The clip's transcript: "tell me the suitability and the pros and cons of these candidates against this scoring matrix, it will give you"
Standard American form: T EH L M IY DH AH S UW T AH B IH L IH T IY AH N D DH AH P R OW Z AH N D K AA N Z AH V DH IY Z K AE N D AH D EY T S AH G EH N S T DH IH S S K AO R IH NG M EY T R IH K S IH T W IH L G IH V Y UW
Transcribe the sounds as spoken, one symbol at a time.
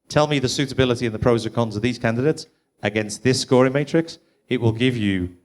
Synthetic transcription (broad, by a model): T EH L M IY DH AH S UW T AH B IH L IH T IY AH N DH AH P R OW Z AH K AA N Z AH V DH IY Z K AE N D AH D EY T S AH G EH N S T DH IH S S K AO R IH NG M EY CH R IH K S IH T W IH L G IH V Y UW